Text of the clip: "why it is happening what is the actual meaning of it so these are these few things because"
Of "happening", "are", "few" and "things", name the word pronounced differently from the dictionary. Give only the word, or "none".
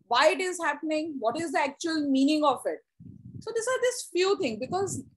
things